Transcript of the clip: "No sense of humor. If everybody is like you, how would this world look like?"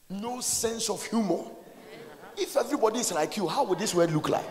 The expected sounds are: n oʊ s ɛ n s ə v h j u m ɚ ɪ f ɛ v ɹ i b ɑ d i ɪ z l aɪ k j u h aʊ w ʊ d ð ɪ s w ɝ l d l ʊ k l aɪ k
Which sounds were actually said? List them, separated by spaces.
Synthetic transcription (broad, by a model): n oʊ s ɛ n s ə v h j u m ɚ ɪ f ɛ v ɹ i b ɑ d i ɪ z l aɪ k j u h aʊ w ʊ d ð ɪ s w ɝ d l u k l aɪ k